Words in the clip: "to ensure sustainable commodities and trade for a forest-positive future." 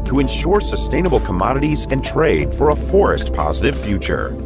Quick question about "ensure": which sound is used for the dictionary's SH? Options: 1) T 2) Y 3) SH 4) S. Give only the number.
3